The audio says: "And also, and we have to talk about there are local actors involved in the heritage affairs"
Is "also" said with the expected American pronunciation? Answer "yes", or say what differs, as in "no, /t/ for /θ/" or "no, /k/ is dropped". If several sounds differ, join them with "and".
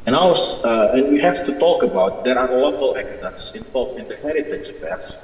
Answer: no, /l/ is dropped